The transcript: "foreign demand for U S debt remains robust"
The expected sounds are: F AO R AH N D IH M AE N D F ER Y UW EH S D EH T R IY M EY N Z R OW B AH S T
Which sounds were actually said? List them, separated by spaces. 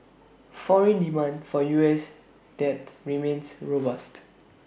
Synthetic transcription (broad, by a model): F AO R AH N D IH M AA N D F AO Y UW EH S D EH T R IY M EY N S R OW B AH S T